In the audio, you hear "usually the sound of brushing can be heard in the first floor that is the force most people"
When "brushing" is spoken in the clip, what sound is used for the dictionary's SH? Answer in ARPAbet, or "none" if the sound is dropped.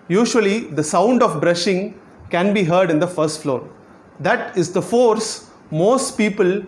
SH